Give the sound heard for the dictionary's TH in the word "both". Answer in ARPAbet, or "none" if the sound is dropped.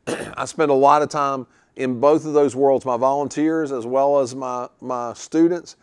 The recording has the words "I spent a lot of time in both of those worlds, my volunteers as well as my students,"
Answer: TH